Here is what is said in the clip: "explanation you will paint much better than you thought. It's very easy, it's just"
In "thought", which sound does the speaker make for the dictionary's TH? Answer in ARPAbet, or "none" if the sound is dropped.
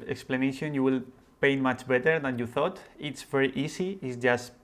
TH